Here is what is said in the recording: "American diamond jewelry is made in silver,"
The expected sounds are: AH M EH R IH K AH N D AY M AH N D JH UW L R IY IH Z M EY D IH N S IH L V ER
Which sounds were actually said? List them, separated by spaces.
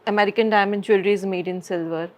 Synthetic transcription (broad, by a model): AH M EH R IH K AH N D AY M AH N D CH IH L R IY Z M EY D IH N S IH L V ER